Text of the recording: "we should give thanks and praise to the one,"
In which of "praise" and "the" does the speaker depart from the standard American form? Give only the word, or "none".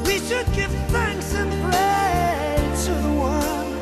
praise